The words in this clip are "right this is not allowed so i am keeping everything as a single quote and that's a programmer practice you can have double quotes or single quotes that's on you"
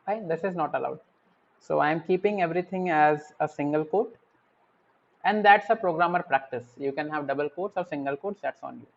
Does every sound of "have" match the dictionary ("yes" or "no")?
yes